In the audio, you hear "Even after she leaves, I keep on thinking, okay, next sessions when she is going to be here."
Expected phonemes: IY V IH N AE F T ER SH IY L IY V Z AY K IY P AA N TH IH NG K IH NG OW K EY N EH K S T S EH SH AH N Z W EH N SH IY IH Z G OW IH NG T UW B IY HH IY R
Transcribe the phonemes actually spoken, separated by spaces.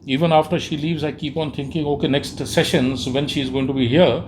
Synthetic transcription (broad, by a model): IY V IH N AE F T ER SH IY L IY V Z AY K IY P AA N T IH NG K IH NG OW K EY N EH K S T S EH SH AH N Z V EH N SH IY IH Z G OW IH NG T UW B IY HH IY R